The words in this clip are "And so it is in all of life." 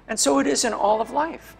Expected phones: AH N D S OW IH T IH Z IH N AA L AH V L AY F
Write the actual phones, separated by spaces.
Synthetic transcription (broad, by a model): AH N S OW IH T IH Z IH N AA L AH V L AY F